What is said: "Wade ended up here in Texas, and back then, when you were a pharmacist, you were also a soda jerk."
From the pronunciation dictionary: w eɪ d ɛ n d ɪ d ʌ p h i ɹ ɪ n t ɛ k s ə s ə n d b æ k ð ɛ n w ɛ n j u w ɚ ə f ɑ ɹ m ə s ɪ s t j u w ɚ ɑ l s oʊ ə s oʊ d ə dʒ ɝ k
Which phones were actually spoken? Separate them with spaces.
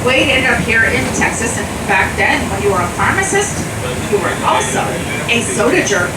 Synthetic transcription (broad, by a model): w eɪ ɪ d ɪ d ʌ p h i ɹ ɪ n t ɛ k s ə s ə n b æ k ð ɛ n w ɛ n j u w ɚ ə f ɑ ɹ m ə s ɪ s t j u w ɚ ɑ l s oʊ ə s oʊ d ə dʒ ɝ